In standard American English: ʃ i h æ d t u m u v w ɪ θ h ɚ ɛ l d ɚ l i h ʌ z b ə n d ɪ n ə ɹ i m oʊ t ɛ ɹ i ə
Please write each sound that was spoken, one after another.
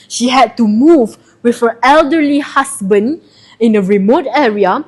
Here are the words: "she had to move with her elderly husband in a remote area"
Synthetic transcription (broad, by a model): ʃ i h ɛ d t u m u v w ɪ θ h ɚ ɛ l d ɚ l i h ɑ s b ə n d ɪ n ə ɹ i m oʊ t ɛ ɹ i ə